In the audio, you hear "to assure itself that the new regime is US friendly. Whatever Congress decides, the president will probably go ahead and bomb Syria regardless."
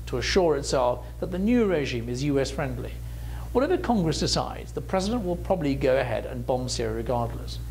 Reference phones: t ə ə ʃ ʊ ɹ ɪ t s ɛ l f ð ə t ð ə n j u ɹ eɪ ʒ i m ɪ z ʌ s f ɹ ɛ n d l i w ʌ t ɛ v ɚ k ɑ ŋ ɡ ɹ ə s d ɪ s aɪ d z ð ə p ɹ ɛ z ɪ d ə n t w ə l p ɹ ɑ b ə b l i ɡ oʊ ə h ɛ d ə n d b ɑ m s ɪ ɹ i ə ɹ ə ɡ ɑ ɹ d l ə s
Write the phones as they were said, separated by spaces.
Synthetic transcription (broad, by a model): t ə ə ʃ ʊ ɹ ɪ t s ɛ l f ð ə t ð ə n j u ɹ eɪ ʒ i m ɪ z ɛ s f ɹ ɛ n d l i w ʌ t ɛ v ɚ k ɑ ŋ ɡ ɹ ə s d ɪ s aɪ d z ð ə p ɹ ɛ z ɪ d ə n t w ə l p ɹ ɑ b ə b l i ɡ oʊ ə h ɛ d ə n b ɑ m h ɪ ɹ ɹ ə ɡ ɑ ɹ d l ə s